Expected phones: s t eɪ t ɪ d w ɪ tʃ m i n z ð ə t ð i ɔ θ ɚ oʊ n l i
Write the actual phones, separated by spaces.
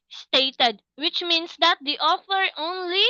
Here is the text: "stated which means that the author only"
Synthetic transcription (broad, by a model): s t eɪ t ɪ d w ɪ tʃ m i n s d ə t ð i ɔ f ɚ oʊ n l i